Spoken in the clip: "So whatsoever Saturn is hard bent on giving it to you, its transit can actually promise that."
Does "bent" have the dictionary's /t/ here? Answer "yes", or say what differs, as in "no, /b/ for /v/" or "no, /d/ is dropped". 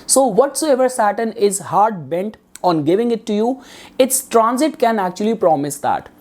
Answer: yes